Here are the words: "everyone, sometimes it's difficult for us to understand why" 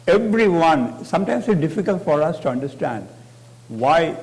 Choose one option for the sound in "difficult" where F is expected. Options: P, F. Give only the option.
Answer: F